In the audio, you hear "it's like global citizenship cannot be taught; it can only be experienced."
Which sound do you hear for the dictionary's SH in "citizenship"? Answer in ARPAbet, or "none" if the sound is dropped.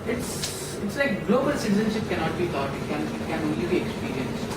SH